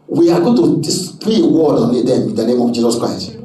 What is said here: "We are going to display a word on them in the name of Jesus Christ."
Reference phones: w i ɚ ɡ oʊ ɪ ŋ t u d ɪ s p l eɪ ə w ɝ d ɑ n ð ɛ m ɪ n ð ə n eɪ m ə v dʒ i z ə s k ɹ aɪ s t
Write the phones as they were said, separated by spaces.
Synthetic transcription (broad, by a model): w i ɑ ɡ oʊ t u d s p eɪ ə w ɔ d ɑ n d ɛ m ɪ n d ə n eɪ m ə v dʒ i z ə s k ɹ aɪ s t